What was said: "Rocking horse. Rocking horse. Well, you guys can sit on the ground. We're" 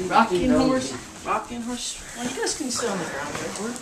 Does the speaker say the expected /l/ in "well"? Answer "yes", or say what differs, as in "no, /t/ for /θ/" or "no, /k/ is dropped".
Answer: no, /n/ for /l/